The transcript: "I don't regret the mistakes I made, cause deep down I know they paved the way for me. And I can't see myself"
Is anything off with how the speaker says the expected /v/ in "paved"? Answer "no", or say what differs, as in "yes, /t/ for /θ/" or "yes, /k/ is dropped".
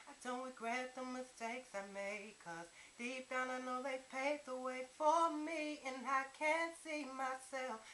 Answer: yes, /v/ is dropped